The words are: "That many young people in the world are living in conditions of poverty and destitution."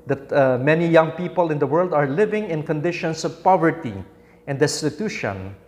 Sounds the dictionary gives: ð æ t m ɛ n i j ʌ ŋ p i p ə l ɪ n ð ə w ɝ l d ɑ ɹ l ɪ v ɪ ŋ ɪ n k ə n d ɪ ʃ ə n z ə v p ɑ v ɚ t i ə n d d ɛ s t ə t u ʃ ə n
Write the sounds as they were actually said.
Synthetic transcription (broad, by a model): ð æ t m ɛ n i j ʌ ŋ p i p ə l ɪ n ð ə w ɝ l d ɑ ɹ l ɪ v ɪ ŋ ɪ n k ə n d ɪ ʃ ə n s ə v p ɑ v ɚ t i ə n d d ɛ s t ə t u ʃ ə n